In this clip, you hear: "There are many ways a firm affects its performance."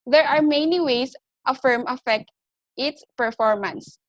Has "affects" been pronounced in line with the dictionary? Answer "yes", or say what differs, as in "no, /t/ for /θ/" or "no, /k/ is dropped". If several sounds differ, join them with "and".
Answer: no, /s/ is dropped